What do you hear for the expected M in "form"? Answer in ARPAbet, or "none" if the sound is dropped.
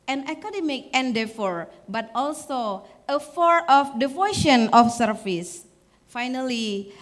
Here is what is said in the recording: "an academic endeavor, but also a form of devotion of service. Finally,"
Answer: none